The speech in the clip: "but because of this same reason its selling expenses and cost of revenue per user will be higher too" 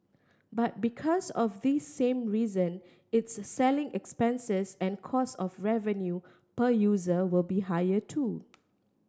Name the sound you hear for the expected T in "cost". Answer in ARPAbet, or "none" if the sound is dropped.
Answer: none